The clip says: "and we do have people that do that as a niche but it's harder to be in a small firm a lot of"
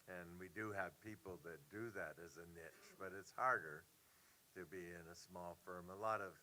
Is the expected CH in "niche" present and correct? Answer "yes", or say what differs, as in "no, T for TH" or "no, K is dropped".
yes